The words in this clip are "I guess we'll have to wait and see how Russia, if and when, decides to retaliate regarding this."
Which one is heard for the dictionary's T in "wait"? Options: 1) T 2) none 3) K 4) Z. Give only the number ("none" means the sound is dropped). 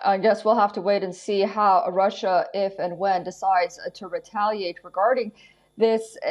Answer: 1